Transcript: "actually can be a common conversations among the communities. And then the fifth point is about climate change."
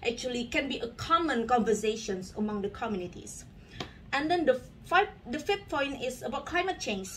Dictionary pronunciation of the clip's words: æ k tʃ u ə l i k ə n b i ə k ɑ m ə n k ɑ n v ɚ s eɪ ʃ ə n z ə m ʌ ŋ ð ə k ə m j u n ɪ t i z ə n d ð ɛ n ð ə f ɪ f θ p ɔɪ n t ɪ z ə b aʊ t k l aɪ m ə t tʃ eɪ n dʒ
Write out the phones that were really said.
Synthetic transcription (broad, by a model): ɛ k tʃ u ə l i k ə n b i ə k ɑ m ə n k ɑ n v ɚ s eɪ ʃ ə n s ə m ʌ ŋ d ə k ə m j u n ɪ t i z ə n d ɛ n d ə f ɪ f f p ɔɪ n t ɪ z ə b aʊ t k l aɪ m ə t tʃ eɪ n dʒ